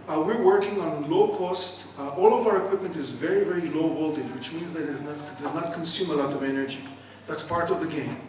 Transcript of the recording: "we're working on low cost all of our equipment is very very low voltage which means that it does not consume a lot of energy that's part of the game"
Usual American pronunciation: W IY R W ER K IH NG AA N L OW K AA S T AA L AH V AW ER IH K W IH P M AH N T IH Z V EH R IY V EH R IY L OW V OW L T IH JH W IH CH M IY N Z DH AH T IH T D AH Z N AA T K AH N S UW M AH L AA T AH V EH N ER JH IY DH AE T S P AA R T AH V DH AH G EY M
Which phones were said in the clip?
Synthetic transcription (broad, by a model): W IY R W ER K IH NG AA N L OW K AA S T AA L AH V AW ER IH K W IH P M AH N T IH Z V EH R IY V EH R IY L OW B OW L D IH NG W IH CH M IY N Z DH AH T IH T D AH Z N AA T K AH N S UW M AH L AA T AH V EH N ER JH IY DH AE T S P AA R T AH V DH AH G EY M